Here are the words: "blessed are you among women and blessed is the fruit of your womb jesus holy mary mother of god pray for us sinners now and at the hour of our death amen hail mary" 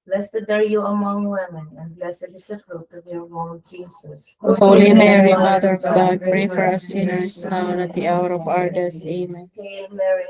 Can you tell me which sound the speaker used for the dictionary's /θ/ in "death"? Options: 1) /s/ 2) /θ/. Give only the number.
1